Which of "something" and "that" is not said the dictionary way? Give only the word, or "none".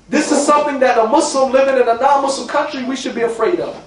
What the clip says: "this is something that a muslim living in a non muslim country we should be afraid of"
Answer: none